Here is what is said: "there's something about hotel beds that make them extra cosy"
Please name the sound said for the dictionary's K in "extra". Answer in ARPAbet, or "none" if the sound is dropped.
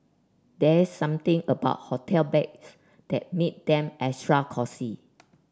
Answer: none